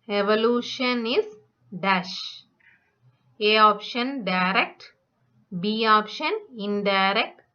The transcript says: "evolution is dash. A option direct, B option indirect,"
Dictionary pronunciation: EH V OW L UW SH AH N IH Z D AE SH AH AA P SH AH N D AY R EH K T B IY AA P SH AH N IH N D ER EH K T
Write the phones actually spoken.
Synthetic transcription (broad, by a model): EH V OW L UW SH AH N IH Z D AE SH AH AA P SH AH N D AY R EH K T B IY AA P SH AH N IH N D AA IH K T